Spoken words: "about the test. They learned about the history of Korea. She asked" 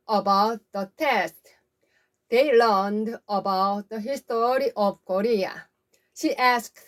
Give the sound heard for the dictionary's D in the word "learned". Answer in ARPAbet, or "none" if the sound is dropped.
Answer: D